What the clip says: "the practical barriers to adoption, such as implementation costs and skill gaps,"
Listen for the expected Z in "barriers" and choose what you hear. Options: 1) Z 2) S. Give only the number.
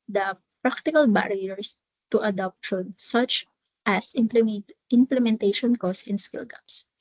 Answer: 2